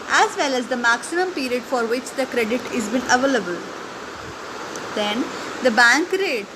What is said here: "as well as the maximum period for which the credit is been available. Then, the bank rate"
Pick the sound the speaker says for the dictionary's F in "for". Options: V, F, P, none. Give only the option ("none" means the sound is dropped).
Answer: F